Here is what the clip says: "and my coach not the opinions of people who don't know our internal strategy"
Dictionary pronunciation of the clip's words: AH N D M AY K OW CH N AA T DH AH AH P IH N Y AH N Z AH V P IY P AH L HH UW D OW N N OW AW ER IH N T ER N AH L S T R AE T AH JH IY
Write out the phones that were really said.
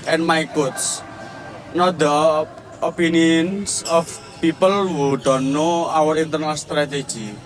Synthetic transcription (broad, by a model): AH N M AY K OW S N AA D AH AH P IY N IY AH N S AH F P IY P AH L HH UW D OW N N OW AW ER IH N T ER N AH L S T R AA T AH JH IY